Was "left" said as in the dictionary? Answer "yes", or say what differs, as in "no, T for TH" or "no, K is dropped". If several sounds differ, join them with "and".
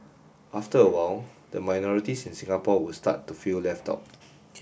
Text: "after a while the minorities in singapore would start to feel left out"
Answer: yes